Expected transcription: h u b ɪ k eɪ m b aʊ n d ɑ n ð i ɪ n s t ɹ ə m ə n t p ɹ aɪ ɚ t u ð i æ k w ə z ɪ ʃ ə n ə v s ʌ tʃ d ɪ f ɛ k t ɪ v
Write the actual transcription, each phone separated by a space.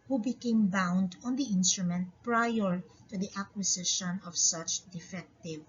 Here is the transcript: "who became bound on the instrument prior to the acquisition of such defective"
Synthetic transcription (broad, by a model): h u b ɪ k eɪ m b aʊ n d ɑ n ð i ɪ n s t ɹ ə m ə n t p ɹ aɪ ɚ t u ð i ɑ k w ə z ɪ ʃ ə n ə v s ʌ tʃ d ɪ f ɛ k t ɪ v